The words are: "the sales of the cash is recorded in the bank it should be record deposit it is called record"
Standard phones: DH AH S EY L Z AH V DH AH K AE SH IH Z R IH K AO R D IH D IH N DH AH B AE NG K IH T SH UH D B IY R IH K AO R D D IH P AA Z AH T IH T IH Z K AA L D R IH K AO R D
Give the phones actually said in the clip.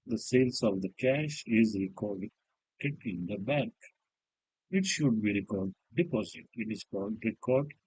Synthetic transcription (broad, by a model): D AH S EY L S AH V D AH K AE SH IH Z R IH K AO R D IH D IH N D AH B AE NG K IH T SH UH D B IY R IH K AO R D D IH P AA Z AH T IH T IH Z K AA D R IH K AO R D